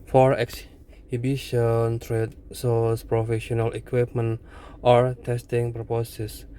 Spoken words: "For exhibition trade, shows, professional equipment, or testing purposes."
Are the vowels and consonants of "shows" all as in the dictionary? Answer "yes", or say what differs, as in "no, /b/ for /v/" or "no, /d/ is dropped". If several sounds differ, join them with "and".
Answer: no, /s/ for /ʃ/ and /s/ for /z/